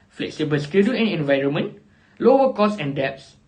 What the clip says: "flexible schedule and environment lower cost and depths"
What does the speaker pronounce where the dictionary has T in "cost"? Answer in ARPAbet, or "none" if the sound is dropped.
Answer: none